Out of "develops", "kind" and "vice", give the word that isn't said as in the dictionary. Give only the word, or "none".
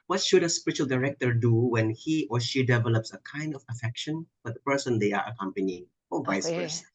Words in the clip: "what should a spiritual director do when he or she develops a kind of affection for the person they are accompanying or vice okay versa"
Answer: none